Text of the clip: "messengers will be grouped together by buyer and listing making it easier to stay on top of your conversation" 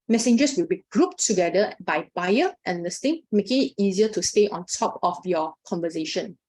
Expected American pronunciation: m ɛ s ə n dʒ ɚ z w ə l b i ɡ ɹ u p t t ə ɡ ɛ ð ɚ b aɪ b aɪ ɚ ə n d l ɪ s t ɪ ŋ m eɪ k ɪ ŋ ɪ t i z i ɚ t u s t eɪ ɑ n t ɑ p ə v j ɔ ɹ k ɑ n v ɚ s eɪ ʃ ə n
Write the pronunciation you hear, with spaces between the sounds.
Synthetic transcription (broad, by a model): m ɛ s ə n dʒ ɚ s w ə l b i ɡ ɹ u p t t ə ɡ ɛ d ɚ b aɪ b aɪ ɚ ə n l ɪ s t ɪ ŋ m eɪ k ɪ ŋ ɪ t i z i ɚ t u s t eɪ ɑ n t ɑ p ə f j ɔ k ɑ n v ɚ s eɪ ʃ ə n